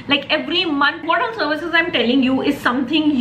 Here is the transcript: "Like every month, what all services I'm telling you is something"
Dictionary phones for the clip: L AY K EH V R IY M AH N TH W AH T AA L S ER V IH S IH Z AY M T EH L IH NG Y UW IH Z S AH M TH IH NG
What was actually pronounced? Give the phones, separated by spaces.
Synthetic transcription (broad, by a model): L AY K EH V R IY M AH N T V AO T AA N S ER V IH S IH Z AY M T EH L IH NG Y UW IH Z S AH M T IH NG